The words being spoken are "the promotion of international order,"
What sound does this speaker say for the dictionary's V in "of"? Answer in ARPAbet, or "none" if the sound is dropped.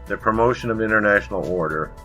V